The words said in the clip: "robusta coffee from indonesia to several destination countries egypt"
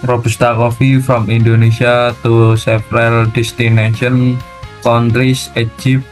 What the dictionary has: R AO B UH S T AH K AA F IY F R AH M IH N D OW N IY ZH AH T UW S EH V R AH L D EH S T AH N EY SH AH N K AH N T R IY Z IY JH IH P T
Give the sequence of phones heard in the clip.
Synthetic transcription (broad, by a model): R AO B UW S T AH K AA F IY F R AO M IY N D OW N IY SH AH T UW S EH P R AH L D EH S T AH N EY SH AH N K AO N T R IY S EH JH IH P